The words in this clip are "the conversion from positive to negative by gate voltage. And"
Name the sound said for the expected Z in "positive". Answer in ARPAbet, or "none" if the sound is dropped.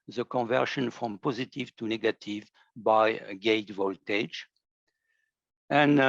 Z